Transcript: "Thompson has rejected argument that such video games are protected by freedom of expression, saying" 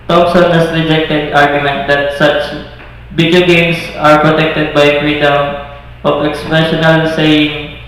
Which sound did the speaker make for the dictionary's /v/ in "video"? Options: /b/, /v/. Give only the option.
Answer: /b/